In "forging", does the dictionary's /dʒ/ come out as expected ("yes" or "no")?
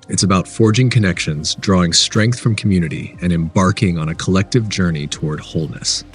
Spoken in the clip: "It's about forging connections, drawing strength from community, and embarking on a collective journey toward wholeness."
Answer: yes